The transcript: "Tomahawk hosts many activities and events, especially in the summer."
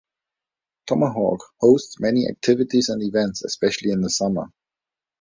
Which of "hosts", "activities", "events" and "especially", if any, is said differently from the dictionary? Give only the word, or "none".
none